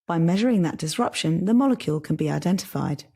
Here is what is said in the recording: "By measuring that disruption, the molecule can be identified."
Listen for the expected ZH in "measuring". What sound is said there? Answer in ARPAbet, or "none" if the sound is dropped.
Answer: ZH